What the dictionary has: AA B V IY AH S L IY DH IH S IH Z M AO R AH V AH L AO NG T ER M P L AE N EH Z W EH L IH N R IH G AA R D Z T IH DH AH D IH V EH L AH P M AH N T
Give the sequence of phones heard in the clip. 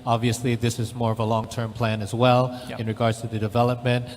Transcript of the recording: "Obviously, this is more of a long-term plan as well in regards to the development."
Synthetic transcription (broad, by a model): AA B V IY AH S L IY DH IH S IH Z M AO R AH V AH L AO NG T ER M P L AE N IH Z W EH L IH N R IH G AA R D Z T IH DH AH D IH V EH L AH P M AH N T